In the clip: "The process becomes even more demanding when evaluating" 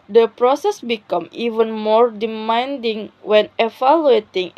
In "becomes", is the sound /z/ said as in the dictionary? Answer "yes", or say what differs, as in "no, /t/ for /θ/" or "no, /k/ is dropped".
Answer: no, /z/ is dropped